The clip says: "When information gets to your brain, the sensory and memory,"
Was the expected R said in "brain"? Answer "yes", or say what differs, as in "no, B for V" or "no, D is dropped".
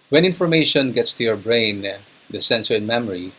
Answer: yes